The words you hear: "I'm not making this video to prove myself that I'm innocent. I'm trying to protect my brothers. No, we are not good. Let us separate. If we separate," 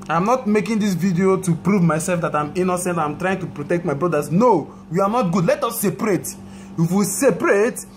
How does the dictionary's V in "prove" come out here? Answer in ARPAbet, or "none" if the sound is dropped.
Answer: V